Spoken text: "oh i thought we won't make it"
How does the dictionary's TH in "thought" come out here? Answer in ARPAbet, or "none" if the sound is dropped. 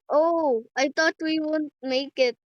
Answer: T